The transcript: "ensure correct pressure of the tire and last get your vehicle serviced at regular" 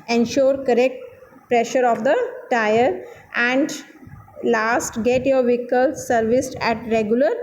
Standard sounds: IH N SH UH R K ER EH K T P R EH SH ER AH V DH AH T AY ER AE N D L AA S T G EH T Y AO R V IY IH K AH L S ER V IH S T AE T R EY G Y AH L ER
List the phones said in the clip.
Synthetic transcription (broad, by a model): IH N SH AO R K ER EH K T P R EH SH ER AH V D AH T AY ER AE N D L AA S T G EH T Y AO R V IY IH K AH L S ER V IH S T AE T R EY G Y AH L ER